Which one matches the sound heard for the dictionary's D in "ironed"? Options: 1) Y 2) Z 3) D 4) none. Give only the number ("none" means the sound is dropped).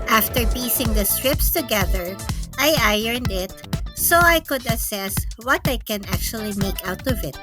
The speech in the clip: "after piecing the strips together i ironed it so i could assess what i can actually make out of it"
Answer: 3